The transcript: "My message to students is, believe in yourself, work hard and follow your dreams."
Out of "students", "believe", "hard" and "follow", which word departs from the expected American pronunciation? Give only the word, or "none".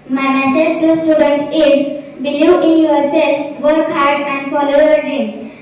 believe